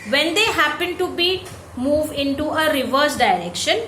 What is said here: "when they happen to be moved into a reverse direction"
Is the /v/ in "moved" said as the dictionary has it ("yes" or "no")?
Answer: yes